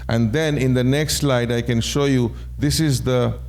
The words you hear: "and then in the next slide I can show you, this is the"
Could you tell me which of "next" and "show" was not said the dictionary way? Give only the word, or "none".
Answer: none